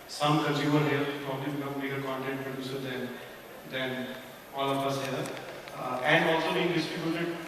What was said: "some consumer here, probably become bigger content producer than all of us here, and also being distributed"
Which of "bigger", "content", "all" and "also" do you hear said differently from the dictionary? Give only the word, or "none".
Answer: all